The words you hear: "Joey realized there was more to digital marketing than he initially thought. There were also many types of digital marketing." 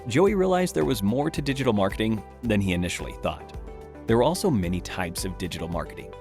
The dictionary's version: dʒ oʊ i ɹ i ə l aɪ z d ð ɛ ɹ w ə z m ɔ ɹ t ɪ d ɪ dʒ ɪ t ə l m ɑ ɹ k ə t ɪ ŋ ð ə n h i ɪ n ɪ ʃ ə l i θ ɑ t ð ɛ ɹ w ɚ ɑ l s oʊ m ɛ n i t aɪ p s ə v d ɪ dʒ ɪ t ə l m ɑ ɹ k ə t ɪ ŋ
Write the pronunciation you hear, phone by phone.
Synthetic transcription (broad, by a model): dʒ oʊ i ɹ i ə l aɪ z ð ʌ ɹ w ə z m ɔ ɹ t ɪ d ɪ dʒ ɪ t l m ɑ ɹ k ə t ɪ ŋ ð ə n i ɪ n ɪ ʃ l i θ ɑ t ð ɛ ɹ w ɚ ɑ l s oʊ m ɛ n i t aɪ p s ə v d ɪ dʒ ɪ t l m ɑ ɹ k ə t ɪ ŋ